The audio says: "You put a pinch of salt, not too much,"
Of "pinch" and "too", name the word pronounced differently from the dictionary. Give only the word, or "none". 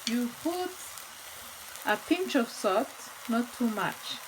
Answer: none